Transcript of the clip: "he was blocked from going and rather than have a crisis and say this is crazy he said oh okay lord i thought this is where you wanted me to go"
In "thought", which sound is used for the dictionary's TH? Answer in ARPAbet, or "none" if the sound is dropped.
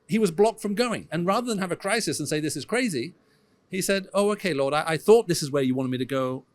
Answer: TH